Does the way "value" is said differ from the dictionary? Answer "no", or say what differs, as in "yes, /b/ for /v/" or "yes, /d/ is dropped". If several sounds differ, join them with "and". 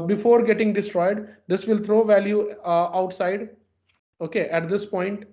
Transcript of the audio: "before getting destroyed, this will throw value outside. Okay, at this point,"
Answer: no